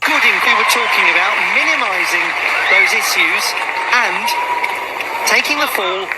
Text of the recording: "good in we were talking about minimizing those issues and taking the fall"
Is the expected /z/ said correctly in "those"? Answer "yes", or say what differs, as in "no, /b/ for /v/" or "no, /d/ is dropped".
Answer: yes